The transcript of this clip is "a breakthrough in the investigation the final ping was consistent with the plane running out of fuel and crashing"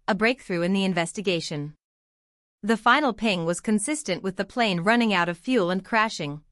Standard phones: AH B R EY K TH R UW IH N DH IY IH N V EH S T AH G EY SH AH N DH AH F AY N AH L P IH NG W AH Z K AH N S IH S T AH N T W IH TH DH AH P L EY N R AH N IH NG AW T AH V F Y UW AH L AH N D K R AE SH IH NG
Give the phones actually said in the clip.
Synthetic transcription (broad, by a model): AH B R EY K TH R UW IH N DH IY IH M V EH S T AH G EY SH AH N DH AH F AY N L P IH NG W AH Z K AH N S IH S T AH N T W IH DH AH P L EY N R AH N IH NG AW T AH V F Y UW L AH N K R AE SH IH NG